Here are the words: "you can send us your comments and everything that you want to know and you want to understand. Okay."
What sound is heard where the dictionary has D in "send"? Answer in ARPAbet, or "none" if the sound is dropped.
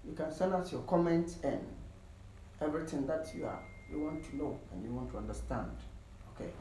none